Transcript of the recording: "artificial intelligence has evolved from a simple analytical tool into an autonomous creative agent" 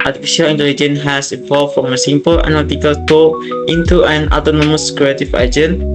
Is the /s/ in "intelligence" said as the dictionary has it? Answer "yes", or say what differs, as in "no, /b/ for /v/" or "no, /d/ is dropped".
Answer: no, /s/ is dropped